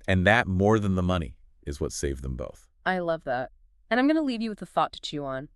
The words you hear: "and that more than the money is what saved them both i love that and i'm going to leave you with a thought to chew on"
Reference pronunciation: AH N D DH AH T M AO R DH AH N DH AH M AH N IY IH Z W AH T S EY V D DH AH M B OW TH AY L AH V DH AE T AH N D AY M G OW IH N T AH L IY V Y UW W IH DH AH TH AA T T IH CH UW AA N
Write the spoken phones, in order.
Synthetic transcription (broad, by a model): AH N DH AH T M AO R DH AH N DH AH M AH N IY IH Z W AH T S EY V DH AH M B OW TH AY L AH V DH AE T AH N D AY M G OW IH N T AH L IY V Y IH W IH DH AH TH AA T T IH CH UW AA N